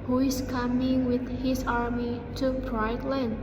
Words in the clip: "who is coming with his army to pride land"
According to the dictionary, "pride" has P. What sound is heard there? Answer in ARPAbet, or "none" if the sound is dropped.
B